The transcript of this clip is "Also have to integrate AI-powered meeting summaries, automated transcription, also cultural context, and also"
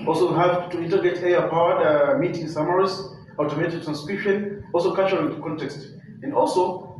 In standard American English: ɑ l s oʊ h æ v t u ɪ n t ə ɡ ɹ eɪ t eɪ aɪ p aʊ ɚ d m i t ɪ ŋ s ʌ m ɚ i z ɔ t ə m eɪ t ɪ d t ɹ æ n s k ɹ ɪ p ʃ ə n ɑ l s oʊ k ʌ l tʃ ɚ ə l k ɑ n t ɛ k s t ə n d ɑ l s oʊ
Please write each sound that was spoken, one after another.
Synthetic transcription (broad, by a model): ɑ l s oʊ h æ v t u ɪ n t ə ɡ eɪ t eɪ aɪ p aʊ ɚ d m i t ɪ ŋ s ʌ m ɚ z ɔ t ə m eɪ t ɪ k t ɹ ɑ n s k ɹ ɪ p ʃ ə n ɑ l s oʊ k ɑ tʃ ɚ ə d k ɑ n t ɛ k s t ə n d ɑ l s oʊ